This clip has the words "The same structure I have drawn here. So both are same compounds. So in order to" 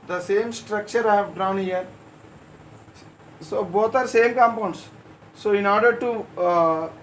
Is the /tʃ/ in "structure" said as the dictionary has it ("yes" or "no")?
yes